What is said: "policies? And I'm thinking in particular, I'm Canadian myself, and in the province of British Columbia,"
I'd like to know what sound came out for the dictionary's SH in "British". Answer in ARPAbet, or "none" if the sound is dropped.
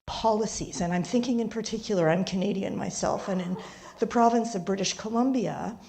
SH